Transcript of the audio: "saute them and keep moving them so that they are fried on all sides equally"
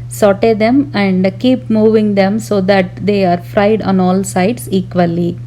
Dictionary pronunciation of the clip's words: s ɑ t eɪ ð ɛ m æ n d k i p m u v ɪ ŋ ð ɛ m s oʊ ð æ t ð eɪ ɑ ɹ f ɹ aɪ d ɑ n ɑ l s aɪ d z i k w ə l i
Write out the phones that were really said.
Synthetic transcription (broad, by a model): s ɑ t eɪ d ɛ m æ n d k i p m u v ɪ ŋ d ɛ m s oʊ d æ t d eɪ ɑ ɹ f ɹ aɪ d ɑ n ɑ l s aɪ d s i k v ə l i